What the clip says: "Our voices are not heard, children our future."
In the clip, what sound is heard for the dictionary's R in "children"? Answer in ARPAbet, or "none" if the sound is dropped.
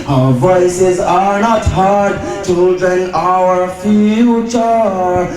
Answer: none